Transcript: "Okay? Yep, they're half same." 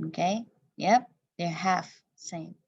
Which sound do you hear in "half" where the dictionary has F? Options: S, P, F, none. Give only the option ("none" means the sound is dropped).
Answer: F